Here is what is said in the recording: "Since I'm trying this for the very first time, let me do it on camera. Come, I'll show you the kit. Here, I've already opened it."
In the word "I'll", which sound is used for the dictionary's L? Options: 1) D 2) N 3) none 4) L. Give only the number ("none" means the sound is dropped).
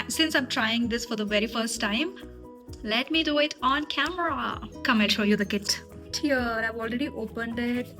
2